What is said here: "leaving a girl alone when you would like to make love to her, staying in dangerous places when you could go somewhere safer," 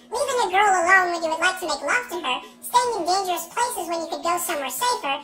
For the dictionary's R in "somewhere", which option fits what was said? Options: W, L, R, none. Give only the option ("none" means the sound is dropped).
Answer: R